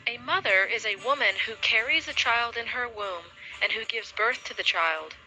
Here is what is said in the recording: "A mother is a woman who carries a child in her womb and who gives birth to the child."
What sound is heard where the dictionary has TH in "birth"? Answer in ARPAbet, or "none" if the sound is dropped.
TH